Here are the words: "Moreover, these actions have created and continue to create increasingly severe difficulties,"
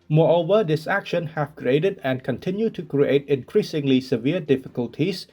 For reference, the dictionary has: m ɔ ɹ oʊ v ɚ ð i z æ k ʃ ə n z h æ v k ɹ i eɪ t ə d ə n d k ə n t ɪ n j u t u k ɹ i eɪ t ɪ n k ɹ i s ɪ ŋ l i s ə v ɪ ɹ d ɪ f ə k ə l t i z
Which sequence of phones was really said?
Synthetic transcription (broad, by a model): m ɔ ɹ oʊ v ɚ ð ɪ s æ k ʃ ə n h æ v k ɹ i eɪ t ə d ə n k ə n t ɪ n j u t u k ɹ i eɪ t ɪ n k ɹ i s ɪ ŋ l i s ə v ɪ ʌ d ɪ f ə k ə l t i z